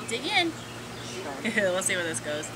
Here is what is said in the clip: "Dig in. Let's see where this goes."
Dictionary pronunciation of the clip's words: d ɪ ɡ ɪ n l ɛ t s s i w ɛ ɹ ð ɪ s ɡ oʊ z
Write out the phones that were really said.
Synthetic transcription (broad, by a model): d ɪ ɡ ɪ n w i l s s i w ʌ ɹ ð ɪ s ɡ oʊ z